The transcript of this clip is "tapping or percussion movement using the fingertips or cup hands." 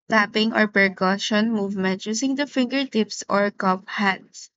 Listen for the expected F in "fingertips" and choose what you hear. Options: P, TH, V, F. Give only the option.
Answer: F